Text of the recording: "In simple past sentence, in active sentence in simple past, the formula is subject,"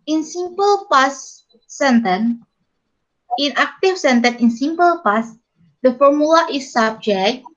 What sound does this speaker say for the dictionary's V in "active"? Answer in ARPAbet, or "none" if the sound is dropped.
F